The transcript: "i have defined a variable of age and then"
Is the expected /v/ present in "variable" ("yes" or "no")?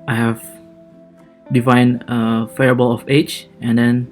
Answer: no